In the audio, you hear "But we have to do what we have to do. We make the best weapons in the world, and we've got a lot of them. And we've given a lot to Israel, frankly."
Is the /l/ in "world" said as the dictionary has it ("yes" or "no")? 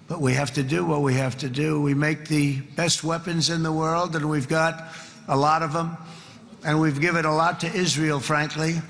yes